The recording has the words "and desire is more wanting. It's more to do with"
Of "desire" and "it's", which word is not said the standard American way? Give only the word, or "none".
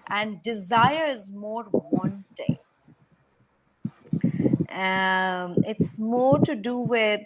none